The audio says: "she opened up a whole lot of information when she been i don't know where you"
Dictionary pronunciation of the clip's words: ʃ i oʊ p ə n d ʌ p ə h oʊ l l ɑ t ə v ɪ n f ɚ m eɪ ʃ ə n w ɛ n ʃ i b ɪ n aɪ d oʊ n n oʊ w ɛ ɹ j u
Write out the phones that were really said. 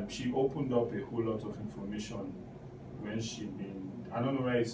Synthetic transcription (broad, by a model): ʃ i oʊ p ə n d ʌ p ə h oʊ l l ɑ t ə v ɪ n f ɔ m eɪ ʃ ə n w ɛ n ʃ i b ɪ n aɪ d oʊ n n oʊ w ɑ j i